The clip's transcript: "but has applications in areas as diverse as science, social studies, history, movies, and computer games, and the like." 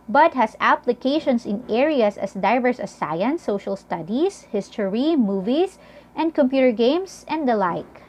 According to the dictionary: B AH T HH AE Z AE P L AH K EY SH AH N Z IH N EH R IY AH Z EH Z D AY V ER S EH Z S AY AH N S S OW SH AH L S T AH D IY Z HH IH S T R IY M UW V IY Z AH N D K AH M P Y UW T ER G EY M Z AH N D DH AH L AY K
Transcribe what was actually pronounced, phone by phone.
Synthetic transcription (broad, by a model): B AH T HH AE S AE P L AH K EY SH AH N S IH N EH R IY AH S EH S D AY V ER S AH S AY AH N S S OW SH AH L S T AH D IY S HH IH S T R IY M UW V IY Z AH N D K AH M P Y UW T ER G EY M S AH N D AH L AY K